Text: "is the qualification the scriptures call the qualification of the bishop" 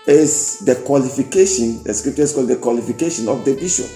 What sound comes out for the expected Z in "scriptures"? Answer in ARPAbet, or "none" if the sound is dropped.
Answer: S